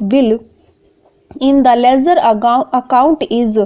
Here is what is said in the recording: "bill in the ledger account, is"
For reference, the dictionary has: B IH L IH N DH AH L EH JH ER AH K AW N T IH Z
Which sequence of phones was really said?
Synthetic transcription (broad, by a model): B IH L IH N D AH L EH Z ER AH K AW N T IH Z